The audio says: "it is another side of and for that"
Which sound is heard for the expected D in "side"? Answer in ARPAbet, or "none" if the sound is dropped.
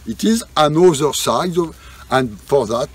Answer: none